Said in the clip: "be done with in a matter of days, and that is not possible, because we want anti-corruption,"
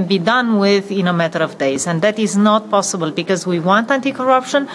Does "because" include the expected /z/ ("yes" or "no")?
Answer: yes